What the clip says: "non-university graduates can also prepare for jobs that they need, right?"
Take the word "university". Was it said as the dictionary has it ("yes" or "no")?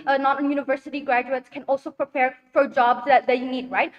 yes